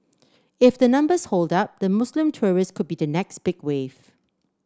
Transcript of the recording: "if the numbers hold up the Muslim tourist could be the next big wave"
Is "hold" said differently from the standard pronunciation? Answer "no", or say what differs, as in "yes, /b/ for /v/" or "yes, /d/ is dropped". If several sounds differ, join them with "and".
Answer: no